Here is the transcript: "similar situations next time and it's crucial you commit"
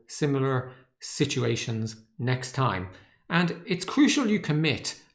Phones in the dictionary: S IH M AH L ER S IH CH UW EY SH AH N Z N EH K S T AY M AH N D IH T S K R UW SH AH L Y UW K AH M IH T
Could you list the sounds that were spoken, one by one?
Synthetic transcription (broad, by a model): S IH M L ER S IH CH UW EY SH AH N Z N EH K S T AY M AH N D IH T S K R UW SH AH L Y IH K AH M IH T